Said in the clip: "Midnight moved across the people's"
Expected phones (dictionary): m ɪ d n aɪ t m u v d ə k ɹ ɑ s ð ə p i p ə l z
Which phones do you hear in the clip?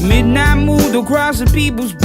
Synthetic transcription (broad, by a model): m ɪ d n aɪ m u d ə k ɹ ɑ s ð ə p i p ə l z